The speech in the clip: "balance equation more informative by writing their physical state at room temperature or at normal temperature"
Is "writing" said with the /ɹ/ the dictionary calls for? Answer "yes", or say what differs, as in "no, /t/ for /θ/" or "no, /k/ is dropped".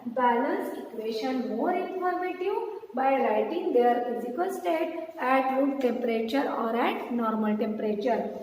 no, /l/ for /ɹ/